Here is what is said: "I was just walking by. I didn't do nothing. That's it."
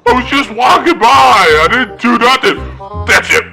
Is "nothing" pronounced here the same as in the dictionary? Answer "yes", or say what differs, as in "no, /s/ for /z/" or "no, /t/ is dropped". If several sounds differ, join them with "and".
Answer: no, /t/ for /θ/